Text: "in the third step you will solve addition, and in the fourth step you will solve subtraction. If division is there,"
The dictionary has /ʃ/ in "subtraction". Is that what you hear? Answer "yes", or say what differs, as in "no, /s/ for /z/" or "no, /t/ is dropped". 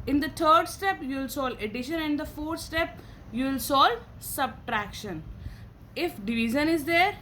yes